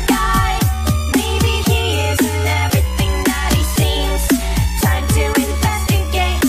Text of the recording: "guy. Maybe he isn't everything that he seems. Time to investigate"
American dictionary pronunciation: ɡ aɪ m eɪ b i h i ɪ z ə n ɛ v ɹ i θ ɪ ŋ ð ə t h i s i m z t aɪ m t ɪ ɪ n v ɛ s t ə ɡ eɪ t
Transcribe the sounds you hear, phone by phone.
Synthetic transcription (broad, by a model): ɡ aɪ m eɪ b i h i ɪ z ə n ɛ v ɹ i θ ɪ ŋ ð ə t h i s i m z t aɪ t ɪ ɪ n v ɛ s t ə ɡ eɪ